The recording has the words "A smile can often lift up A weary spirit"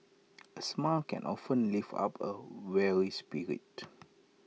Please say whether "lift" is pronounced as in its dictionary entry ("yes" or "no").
no